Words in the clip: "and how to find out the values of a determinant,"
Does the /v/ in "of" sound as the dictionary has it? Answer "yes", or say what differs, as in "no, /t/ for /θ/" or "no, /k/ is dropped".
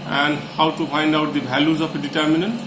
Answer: no, /p/ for /v/